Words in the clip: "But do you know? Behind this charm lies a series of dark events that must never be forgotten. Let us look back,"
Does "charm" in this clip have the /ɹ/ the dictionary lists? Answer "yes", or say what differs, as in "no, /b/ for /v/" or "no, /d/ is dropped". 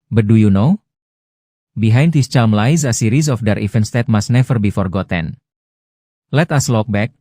no, /l/ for /ɹ/